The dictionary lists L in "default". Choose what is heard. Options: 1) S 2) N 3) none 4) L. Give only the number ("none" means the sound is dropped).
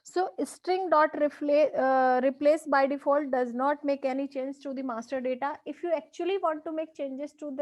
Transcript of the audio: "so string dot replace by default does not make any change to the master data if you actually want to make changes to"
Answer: 4